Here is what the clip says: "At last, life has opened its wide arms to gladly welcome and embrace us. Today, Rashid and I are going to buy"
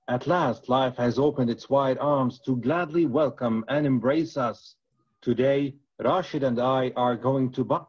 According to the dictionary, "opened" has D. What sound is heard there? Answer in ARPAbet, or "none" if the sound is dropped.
D